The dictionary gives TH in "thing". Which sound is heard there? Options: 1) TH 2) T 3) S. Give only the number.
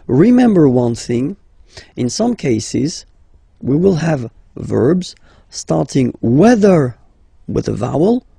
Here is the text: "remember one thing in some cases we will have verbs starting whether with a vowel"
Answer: 1